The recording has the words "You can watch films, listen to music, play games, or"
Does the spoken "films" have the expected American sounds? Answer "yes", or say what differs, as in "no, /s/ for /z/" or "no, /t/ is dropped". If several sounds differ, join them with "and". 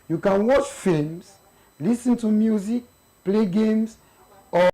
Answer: no, /l/ is dropped